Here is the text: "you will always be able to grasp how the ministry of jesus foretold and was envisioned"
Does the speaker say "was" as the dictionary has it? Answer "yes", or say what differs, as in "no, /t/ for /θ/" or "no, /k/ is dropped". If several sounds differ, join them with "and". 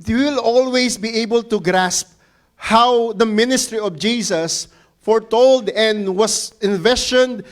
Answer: no, /s/ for /z/